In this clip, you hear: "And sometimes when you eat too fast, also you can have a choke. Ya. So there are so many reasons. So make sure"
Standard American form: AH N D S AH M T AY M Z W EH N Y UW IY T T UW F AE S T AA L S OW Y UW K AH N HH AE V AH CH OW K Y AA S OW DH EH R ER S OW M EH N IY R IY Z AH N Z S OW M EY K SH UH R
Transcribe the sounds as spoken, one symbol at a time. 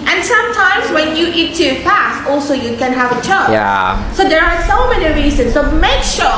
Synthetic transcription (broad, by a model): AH N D S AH M T AY M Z W EH N Y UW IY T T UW P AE S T AA L S OW Y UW K AH N HH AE V AH CH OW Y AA S OW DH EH R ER S OW M EH N IY R IY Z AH N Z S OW M EY K SH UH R